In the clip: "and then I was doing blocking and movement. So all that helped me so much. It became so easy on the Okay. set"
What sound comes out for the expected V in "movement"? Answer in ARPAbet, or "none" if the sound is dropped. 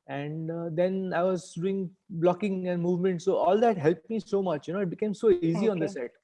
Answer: V